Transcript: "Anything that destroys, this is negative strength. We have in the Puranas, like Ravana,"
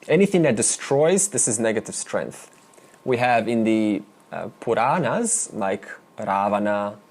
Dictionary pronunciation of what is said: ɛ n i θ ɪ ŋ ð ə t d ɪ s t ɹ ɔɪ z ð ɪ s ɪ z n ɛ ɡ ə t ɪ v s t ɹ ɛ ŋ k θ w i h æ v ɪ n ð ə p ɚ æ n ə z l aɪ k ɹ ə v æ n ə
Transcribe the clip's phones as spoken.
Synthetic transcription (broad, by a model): ɛ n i θ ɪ ŋ ð ə t d ɪ s t ɹ ɔɪ z ð ɪ s ɪ z n ɛ ɡ ə t ɪ v s t ɹ ɛ ŋ k θ w i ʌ v ɪ n ð ə p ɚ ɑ n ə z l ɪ k ɹ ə v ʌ n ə